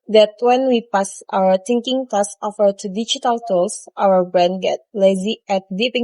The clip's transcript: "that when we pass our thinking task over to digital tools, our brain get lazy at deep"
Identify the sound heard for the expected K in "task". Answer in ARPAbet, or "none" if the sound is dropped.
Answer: none